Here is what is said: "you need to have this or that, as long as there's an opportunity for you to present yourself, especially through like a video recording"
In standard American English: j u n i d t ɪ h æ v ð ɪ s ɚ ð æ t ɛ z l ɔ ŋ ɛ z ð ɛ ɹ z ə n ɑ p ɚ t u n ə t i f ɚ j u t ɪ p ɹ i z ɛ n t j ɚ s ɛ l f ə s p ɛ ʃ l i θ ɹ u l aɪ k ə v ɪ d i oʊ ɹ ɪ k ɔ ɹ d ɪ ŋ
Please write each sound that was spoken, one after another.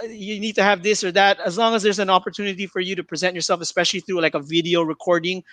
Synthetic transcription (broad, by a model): j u n i d t ɪ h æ v ð ɪ s ɚ ð æ t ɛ z l ɔ ŋ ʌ z ð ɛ ɹ z ə n ɑ p ɚ t u n ə t i f ɚ j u t ɪ p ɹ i z ɛ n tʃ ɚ s ɛ l f ə s p ɛ ʃ l i θ ɹ u l aɪ k ə v ɪ d i oʊ ɹ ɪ k ɔ ɹ d ɪ ŋ